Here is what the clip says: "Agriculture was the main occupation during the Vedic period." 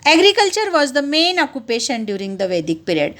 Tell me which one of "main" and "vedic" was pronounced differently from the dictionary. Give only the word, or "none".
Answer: none